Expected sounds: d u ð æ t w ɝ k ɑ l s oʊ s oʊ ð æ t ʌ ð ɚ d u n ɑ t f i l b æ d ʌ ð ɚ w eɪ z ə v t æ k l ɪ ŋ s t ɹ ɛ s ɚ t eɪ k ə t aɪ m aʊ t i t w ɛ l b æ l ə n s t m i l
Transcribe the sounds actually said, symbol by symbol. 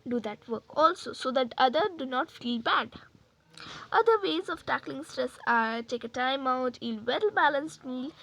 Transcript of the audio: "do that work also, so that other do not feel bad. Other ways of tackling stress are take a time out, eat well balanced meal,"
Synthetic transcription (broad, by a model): d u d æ t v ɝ k ɑ l s oʊ s oʊ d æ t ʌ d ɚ d u n ɑ t f i l b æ d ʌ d ɚ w eɪ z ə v t æ k l ɪ ŋ s t ɹ ɛ s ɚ t eɪ k ə t aɪ m aʊ t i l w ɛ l b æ l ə n s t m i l